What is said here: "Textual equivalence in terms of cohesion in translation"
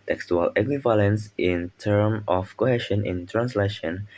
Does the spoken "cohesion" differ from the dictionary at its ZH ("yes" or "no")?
yes